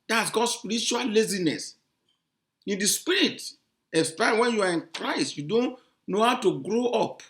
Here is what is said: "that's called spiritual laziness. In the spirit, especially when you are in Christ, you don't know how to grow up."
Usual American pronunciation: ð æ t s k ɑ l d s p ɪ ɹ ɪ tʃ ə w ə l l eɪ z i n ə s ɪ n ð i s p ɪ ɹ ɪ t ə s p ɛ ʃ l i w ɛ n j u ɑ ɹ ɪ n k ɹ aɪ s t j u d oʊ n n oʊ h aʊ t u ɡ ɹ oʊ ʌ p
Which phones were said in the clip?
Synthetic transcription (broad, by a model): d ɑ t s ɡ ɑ d s p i ɹ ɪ tʃ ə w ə l l eɪ z i n ə s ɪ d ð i s p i ɹ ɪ t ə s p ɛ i w ɛ n j u ɑ ɹ ɪ n k ɹ aɪ s t j u d oʊ n n oʊ h aʊ t u ɡ ɹ oʊ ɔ p